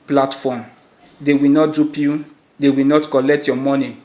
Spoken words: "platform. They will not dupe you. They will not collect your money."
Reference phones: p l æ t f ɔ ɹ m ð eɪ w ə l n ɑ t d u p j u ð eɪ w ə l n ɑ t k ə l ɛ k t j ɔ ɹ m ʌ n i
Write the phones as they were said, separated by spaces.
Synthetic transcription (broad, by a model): p l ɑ t f ɔ m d eɪ w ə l n ɑ t d u p j u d eɪ w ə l n ɑ t k ə l ɛ k t j ɔ m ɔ n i